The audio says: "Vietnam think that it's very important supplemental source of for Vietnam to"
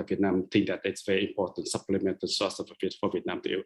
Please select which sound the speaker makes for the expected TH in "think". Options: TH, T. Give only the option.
T